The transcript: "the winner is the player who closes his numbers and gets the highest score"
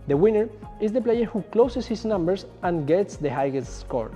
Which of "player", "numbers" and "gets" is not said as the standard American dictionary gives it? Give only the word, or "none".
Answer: numbers